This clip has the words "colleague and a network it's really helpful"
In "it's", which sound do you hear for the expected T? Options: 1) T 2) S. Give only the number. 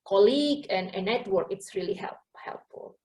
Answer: 1